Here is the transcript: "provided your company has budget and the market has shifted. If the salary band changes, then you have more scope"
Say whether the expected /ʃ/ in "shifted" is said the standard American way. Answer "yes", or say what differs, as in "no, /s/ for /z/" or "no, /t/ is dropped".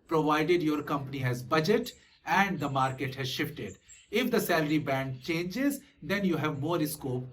yes